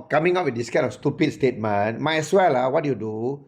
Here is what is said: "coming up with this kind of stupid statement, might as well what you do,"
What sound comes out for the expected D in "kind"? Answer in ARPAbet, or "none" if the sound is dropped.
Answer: none